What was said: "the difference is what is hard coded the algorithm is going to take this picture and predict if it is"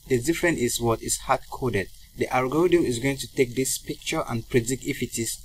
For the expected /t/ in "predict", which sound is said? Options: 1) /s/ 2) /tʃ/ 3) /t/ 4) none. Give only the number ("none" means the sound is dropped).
4